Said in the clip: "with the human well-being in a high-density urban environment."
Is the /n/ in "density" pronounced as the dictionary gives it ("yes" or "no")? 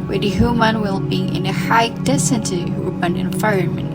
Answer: no